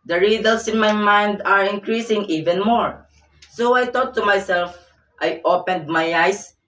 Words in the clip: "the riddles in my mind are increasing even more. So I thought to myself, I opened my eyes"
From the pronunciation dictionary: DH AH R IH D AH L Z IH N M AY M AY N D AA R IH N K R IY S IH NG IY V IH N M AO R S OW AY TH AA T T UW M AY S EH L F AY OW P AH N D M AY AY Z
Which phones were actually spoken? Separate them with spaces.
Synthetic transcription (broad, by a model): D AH R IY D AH L S IH N M AY M AY N D AA R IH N K R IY S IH NG IY V IH N M AO R S OW AY T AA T T UW M AY S EH L F AY OW P AH N D M AY AY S